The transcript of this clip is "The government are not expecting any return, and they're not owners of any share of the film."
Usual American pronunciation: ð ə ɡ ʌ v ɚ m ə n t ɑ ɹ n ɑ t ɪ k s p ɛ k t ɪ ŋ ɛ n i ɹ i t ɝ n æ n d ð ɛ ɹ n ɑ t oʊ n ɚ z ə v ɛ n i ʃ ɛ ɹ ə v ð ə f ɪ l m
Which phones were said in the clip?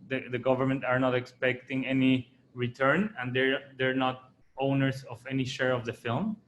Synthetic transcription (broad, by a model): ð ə ɡ ʌ v ɚ m ə n t ɑ ɹ n ɑ t ɪ k s p ɛ k t ɪ ŋ ɛ n i ɹ i t ɝ n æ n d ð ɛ ɹ n ɑ t oʊ n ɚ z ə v ɛ n i ʃ ɛ ɹ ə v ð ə f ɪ l m